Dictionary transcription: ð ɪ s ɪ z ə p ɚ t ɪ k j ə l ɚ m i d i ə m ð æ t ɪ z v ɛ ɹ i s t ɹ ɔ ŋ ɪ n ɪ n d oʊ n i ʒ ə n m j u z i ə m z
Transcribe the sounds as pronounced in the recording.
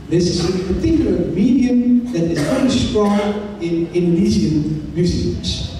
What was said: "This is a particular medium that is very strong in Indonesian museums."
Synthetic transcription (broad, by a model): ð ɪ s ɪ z ə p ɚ t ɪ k j l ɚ m i d i ə m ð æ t ɪ z f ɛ i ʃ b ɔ ɪ n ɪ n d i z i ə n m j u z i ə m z